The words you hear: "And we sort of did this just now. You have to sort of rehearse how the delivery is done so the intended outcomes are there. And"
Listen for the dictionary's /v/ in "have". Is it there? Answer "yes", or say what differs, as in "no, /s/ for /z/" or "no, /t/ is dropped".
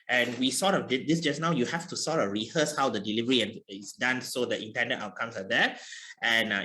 no, /f/ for /v/